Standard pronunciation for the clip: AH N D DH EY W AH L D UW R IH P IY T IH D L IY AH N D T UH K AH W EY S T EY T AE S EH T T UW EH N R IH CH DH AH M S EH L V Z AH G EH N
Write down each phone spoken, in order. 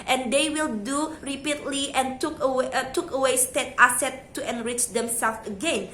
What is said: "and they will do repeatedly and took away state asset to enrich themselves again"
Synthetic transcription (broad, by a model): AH N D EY W AH L D UW R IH P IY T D L IY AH N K T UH K AH W EY S T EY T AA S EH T T UW EH N R IH CH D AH M S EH L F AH G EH N